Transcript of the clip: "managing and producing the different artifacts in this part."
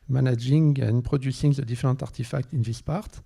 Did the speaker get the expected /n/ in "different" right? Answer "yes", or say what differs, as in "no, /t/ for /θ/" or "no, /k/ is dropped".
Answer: no, /n/ is dropped